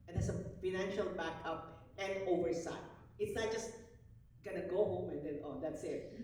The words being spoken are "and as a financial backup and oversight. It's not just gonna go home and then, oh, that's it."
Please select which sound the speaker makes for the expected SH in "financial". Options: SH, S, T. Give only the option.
SH